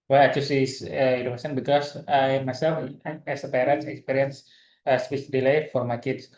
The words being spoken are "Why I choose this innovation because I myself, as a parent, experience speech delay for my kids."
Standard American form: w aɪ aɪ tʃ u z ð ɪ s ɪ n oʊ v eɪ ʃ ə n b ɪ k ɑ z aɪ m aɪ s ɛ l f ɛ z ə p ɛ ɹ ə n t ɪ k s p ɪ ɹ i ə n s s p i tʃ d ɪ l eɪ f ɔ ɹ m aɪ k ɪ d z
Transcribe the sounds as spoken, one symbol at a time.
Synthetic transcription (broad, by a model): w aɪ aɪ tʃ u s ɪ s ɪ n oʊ eɪ s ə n b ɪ k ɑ s aɪ m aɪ s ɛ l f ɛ s ə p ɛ ɹ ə n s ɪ k s p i ɹ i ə n s s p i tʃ d ɪ l eɪ f ɔ ɹ m aɪ k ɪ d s